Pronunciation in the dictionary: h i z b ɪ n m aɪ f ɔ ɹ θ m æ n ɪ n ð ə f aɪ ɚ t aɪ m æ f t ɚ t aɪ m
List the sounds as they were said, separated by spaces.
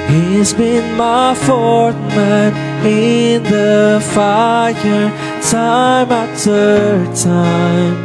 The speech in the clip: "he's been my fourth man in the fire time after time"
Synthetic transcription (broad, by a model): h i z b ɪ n m aɪ f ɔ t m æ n ɪ n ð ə f aɪ ɚ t aɪ m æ t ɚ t aɪ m